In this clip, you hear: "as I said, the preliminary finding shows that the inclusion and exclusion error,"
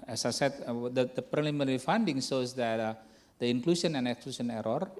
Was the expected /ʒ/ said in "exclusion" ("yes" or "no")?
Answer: no